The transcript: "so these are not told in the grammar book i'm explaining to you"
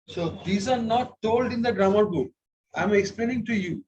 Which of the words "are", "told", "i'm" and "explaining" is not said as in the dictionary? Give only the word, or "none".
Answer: none